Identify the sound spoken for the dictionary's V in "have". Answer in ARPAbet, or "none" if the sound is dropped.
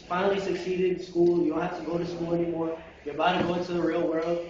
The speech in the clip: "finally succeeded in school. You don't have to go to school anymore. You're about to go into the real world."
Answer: F